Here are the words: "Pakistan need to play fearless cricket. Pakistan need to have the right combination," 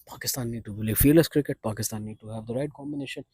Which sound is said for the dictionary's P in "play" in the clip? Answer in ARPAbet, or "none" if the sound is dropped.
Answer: B